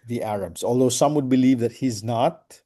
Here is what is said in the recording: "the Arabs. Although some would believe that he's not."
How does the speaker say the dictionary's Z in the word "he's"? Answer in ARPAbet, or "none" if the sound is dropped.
Z